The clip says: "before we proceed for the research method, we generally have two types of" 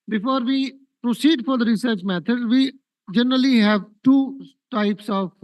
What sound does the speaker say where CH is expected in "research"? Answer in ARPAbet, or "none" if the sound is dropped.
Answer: CH